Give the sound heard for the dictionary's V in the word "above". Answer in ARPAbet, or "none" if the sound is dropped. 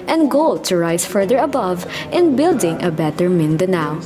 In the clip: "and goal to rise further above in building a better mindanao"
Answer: V